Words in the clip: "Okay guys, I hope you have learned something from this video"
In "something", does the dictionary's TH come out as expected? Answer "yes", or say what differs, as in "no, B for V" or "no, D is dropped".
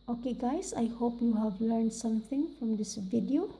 no, T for TH